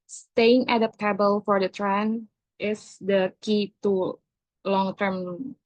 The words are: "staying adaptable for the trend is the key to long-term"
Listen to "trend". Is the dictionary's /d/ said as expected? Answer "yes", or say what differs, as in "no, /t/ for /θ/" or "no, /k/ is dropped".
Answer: no, /d/ is dropped